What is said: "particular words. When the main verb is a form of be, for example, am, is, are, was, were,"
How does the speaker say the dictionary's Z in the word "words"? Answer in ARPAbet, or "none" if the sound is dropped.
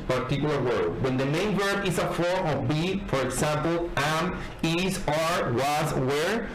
none